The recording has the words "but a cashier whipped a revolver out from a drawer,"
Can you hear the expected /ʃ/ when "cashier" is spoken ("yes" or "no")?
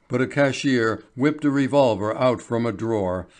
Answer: yes